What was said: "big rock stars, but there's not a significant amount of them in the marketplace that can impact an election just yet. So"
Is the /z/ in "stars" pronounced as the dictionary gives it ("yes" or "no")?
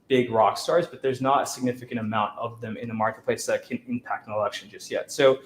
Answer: yes